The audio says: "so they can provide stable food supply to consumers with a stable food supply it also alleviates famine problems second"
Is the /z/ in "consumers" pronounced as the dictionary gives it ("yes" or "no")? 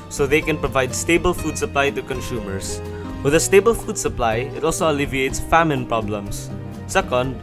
no